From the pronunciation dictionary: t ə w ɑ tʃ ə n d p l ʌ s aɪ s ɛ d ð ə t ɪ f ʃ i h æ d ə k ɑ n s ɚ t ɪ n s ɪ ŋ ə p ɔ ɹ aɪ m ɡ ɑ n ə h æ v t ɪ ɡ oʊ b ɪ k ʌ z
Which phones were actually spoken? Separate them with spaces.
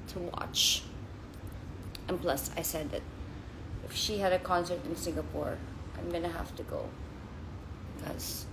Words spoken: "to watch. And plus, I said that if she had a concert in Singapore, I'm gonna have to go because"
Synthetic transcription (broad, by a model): t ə w ɑ tʃ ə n p l ʌ s aɪ s ɛ d ð ə t ɪ f ʃ i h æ d ə k ɑ n s ɚ t ɪ n s ɪ ŋ ə p ɔ ɹ aɪ m ɡ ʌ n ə h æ f t ɪ ɡ oʊ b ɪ k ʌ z